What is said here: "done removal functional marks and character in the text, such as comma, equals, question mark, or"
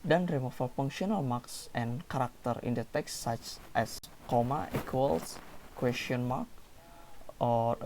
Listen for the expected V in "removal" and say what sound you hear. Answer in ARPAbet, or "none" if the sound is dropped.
F